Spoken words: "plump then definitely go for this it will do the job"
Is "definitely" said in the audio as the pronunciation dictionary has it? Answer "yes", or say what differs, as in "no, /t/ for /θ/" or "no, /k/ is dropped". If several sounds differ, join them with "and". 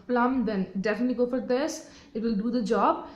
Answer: yes